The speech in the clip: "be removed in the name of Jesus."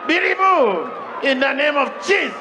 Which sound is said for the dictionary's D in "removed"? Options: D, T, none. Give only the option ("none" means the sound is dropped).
none